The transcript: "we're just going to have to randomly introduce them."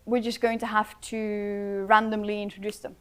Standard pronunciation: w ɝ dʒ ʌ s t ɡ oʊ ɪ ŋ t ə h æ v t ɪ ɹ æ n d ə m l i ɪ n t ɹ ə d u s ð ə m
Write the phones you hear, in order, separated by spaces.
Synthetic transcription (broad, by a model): w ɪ dʒ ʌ s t ɡ oʊ ɪ ŋ t ə h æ f t ɪ ɹ æ n d ə m l i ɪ n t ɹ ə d u s ð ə m